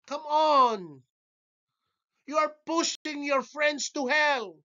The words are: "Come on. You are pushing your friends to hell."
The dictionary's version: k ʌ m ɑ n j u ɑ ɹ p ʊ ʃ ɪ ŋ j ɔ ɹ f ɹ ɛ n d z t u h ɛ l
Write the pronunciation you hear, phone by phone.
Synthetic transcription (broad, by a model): k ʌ m ɑ n j u ɑ ɹ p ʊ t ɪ ŋ j ɔ ɹ f ɹ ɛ n d s t u h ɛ l